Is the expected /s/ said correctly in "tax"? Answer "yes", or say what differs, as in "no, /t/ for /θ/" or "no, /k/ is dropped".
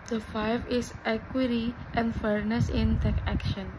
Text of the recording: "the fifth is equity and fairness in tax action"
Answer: no, /s/ is dropped